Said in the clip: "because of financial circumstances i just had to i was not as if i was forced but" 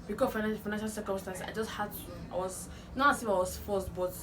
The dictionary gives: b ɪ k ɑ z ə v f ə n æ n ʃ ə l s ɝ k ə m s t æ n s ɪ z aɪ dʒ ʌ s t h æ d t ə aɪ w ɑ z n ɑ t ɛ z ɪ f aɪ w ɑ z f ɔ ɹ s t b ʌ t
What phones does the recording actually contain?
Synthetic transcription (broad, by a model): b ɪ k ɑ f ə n f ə n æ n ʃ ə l s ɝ k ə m s t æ n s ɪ ɪ dʒ ʌ s t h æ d t ə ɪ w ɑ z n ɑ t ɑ s ɪ f aɪ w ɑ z f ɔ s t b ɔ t